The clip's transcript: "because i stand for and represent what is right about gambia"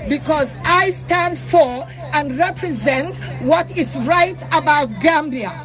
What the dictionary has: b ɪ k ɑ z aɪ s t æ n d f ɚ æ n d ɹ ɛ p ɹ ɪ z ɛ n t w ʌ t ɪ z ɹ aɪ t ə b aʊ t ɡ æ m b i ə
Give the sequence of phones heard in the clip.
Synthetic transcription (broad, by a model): b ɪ k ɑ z aɪ s t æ n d f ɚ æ n d ɹ ɛ p ɹ ɪ z ɛ n t w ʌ t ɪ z ɹ aɪ t ə b aʊ t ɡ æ m b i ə